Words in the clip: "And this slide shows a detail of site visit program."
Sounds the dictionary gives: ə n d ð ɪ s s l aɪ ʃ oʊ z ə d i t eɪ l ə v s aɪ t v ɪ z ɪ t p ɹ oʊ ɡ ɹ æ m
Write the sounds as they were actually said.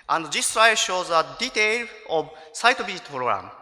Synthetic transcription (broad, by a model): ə n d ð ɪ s s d aɪ ʃ oʊ z ə d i t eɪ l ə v s aɪ t b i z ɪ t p ɹ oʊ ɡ ɹ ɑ m